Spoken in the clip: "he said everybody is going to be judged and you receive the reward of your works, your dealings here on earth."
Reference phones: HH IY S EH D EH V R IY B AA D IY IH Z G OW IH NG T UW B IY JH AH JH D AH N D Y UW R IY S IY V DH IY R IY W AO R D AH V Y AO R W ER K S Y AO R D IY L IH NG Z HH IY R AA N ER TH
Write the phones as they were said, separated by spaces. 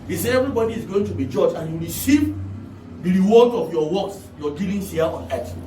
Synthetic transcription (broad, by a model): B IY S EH EH V R IY B AA D IY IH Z G OW IH NG T UW B IY JH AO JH AH N Y UW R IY S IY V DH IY R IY W AO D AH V Y AO W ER K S Y AO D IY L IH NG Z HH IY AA AA N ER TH